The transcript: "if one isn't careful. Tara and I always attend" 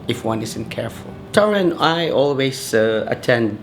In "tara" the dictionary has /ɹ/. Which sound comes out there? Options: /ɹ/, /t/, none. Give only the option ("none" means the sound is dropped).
/ɹ/